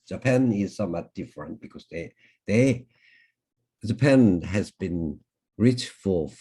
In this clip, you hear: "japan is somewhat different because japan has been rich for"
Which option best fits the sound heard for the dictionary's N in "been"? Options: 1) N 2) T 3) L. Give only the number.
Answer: 1